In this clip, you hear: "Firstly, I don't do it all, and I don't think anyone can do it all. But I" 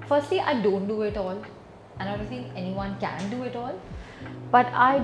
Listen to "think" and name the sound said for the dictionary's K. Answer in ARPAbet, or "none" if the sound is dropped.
none